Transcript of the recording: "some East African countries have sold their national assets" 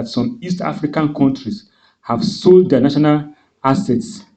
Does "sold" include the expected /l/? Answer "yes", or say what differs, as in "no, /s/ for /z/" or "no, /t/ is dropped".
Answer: yes